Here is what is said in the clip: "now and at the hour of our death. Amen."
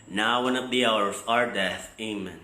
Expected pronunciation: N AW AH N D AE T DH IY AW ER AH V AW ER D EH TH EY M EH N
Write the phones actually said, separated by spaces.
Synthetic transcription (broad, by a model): N AW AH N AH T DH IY AW ER AH V AW ER D EH TH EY M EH N